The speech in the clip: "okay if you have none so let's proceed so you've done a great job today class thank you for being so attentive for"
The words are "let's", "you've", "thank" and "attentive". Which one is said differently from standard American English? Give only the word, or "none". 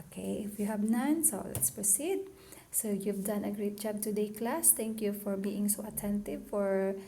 thank